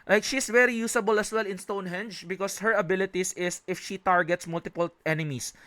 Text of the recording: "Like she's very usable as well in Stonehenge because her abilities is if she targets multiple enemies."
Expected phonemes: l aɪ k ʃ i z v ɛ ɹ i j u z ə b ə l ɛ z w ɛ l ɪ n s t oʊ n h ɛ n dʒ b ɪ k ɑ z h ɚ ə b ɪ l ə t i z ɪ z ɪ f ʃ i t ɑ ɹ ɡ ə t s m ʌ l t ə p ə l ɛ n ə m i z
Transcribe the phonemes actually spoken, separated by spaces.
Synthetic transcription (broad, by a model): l aɪ k ʃ i s v ɛ ɹ i j u s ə b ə l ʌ s w ɛ l ɪ n s t oʊ n h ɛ n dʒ b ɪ k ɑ s h ɚ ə b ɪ l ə t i s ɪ s ɪ f ʃ i t ɑ ɹ ɡ ə t s m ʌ l t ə p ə l ɛ n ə m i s